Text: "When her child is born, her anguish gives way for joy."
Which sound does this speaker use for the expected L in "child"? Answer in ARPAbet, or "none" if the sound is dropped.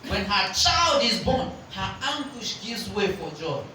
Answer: L